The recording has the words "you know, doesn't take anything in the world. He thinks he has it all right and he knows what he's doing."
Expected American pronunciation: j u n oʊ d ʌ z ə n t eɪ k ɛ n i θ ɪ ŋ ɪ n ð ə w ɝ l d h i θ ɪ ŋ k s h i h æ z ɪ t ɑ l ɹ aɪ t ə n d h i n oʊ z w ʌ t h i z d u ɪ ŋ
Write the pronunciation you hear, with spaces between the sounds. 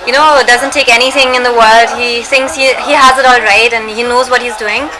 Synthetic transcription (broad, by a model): j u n oʊ d ʌ z ə n t eɪ k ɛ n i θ ɪ ŋ ɪ n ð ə w ɝ l d h i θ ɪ ŋ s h h i h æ z ɪ t ɑ l ɹ aɪ t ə n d h i n oʊ z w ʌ t h i z d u ɪ ŋ